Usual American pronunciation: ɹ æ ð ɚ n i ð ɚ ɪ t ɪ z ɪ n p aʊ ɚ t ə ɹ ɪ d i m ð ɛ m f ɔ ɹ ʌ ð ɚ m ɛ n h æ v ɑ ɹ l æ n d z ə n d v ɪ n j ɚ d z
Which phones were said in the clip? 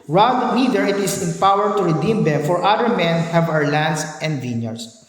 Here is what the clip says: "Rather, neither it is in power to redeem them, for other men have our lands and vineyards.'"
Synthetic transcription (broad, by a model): ɹ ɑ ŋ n i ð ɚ ɪ t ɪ s ɪ n p aʊ ɚ t ə ɹ ɪ d i m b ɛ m f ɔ ɹ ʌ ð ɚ m ɛ n h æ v ɑ ɹ l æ n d s ə n d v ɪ n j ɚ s